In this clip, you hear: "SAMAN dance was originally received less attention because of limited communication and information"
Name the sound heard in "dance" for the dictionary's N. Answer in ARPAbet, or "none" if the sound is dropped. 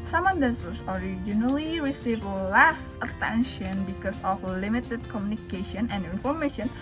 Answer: none